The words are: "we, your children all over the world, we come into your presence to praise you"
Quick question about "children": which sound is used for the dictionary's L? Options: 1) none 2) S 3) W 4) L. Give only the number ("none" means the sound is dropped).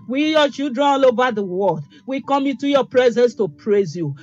1